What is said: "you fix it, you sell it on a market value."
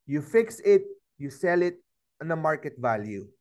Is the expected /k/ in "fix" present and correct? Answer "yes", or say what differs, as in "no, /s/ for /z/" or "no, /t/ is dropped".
yes